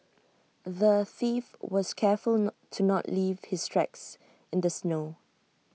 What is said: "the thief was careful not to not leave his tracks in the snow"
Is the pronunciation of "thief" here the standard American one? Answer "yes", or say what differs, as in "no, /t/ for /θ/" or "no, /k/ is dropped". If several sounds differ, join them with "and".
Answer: yes